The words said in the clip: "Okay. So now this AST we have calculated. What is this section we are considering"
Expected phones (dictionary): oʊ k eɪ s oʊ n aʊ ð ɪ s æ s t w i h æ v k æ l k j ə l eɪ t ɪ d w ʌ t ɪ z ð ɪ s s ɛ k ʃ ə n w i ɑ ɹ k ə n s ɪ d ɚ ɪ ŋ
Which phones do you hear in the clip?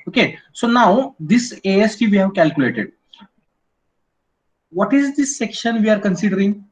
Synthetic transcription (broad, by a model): oʊ k eɪ s oʊ n aʊ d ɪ s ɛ s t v i h æ v k æ l k j ə l eɪ t ɪ d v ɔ t ɪ z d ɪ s s ɛ k ʃ ə n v i ɑ ɹ k ə n s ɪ d ɚ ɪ ŋ